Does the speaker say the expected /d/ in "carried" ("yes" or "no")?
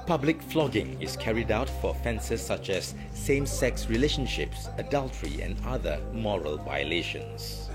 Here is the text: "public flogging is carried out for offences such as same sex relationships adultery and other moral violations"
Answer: yes